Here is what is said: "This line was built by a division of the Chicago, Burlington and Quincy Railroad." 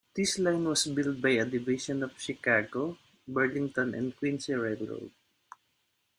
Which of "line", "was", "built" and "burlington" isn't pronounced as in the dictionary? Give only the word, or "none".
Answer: was